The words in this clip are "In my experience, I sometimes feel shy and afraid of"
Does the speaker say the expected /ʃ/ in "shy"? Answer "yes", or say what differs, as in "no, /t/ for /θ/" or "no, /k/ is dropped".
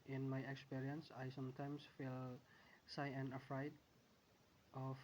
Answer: no, /s/ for /ʃ/